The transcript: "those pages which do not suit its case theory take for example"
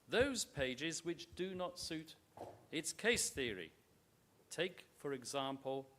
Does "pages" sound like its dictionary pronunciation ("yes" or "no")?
yes